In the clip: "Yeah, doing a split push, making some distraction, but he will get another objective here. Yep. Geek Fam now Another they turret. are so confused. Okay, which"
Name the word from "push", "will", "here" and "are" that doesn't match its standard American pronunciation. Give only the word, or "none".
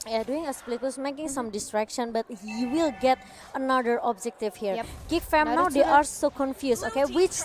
push